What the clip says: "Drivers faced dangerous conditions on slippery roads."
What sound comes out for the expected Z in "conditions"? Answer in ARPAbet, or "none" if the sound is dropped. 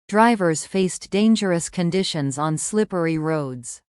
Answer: Z